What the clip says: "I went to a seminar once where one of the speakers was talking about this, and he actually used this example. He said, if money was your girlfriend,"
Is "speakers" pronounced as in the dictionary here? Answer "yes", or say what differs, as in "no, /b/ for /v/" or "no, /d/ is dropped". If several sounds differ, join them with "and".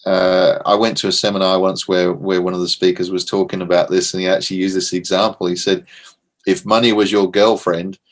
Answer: yes